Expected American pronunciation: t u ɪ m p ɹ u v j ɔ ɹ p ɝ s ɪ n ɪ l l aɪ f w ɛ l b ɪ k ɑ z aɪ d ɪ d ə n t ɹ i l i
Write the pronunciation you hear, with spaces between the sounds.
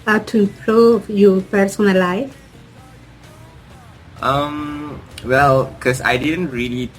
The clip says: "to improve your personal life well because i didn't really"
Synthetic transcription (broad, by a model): t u ɪ m p ɹ u v j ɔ p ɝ s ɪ n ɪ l l aɪ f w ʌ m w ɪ k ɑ s aɪ d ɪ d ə n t ɹ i l i